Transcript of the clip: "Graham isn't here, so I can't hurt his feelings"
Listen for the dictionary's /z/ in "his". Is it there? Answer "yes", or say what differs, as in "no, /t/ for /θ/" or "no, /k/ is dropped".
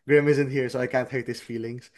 no, /s/ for /z/